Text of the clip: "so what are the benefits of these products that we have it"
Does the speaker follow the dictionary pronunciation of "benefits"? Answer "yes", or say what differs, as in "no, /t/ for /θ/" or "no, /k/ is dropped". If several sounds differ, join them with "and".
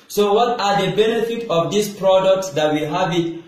no, /s/ is dropped